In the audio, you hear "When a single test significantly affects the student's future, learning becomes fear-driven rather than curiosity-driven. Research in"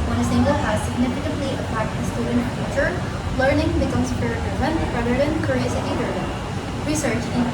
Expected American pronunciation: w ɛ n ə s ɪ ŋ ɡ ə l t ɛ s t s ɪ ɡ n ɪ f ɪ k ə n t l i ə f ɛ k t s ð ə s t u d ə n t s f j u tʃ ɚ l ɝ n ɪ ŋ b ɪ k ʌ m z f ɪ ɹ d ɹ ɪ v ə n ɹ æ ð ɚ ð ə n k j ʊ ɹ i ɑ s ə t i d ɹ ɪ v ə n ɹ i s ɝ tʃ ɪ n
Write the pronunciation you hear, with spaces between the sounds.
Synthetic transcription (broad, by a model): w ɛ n ə s ɪ ŋ ɡ ə l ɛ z s ɪ ɡ n ɪ f ɪ k ə n t l i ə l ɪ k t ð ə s t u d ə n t f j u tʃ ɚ l ɝ n ɪ ŋ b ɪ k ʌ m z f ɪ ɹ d ɪ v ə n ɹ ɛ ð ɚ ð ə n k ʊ ɹ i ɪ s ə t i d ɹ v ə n ɹ i s ɝ tʃ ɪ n